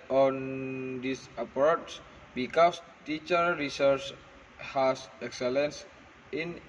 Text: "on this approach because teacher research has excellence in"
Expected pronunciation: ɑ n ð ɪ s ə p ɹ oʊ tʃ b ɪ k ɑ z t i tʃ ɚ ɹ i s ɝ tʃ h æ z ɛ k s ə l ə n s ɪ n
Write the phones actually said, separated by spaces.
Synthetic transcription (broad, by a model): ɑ n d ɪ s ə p ɹ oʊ s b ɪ k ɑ s t i tʃ ɚ ɹ i s ɝ tʃ h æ s ɛ k s ə l ə n s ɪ n